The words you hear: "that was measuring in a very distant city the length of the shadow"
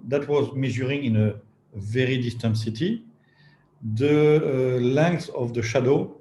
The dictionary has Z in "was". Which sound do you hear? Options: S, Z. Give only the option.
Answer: Z